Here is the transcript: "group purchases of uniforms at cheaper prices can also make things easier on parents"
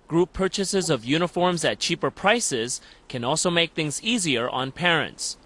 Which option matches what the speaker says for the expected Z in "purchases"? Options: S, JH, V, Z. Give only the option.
Z